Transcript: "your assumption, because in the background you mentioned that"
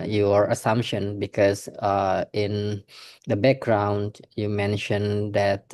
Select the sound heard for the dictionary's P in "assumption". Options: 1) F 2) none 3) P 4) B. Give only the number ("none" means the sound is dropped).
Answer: 3